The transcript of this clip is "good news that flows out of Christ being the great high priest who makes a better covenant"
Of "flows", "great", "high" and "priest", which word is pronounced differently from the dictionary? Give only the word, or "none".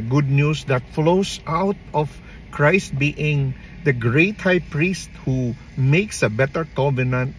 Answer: flows